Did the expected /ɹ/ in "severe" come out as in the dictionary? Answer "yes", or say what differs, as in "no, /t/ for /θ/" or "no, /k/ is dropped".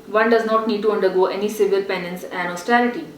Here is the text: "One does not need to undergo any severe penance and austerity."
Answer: no, /l/ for /ɹ/